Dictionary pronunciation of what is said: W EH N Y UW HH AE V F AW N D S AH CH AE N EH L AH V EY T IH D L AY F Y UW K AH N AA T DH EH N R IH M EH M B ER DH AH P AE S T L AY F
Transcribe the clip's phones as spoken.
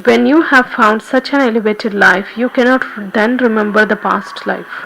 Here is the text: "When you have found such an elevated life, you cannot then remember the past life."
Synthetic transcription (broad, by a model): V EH N Y UW HH AE V F AW N D S AH CH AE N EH L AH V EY T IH D L AY F Y UW K AH N AA T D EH N R IH M EH M B ER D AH P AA S T L AY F